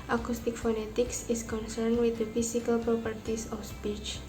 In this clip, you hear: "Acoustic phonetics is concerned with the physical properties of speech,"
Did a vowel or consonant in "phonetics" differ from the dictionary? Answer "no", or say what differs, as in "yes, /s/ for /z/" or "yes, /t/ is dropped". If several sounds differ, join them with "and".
no